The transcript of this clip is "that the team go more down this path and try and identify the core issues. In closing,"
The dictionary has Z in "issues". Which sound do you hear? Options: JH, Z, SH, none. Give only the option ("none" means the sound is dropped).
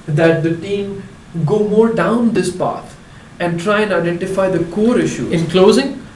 none